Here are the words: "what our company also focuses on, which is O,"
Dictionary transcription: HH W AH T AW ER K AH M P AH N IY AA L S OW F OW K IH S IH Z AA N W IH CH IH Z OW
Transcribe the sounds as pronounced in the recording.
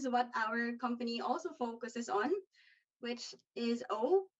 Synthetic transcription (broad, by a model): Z W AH T AW ER K AH M P AH N IY AA L S OW F OW K IH S IH Z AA N W IH CH IH Z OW